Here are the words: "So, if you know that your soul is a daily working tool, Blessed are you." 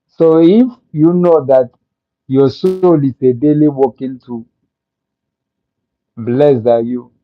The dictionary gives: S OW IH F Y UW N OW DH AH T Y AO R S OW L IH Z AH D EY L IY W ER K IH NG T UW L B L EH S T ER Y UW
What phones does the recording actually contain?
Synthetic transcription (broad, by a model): S OW IH F Y UW N OW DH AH T Y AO S OW L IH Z AH D EY L IY W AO K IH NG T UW B L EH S AA Y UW